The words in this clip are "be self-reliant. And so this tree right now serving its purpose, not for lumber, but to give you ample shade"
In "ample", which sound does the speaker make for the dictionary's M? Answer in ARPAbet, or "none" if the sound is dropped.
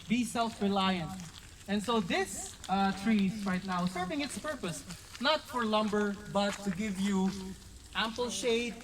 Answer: M